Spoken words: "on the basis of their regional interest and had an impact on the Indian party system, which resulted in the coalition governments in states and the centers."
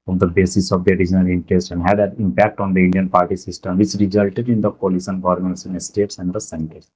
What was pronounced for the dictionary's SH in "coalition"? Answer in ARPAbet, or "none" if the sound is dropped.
S